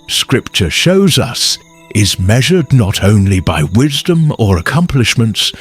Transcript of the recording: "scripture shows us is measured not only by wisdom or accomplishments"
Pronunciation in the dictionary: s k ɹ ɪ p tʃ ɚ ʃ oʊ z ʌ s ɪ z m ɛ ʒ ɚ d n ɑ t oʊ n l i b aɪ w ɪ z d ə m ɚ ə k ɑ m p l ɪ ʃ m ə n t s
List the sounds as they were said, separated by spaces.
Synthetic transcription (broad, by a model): s k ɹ ɪ p tʃ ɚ ʃ oʊ z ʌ s ɪ z m ɛ ʒ ɚ d n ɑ t oʊ n l i b aɪ w ɪ z d ə m ɚ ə k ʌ m p l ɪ ʃ m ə n t s